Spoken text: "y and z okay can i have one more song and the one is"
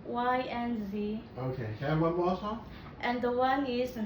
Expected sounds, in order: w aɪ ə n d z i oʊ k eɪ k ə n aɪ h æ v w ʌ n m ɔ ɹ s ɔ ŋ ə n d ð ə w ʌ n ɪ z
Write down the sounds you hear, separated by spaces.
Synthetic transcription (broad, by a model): w aɪ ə n z i oʊ ʊ k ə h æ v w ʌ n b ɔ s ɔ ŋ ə n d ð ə w ʌ n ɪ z